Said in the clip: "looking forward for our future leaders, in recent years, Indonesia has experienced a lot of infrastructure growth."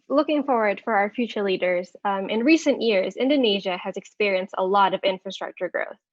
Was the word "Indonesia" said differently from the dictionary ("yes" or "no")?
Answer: no